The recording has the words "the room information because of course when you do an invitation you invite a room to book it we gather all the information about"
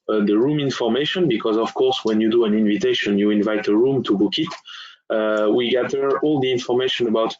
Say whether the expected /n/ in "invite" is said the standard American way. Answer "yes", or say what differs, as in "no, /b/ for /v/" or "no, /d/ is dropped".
yes